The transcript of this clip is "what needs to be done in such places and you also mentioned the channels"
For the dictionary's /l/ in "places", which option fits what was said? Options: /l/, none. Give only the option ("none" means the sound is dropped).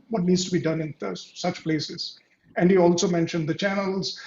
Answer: /l/